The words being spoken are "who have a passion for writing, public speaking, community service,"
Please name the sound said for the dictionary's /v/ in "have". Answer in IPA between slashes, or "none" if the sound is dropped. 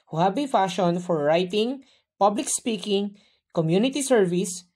/b/